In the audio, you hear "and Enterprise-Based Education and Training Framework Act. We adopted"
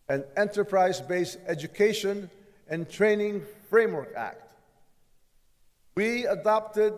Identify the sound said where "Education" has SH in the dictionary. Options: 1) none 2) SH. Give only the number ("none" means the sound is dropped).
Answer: 2